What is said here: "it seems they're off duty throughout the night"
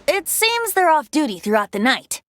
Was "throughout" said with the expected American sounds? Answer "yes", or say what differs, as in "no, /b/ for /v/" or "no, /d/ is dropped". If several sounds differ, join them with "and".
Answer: yes